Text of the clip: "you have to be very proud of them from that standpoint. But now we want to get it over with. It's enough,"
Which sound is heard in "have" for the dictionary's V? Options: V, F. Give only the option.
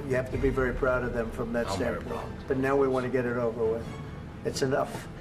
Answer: F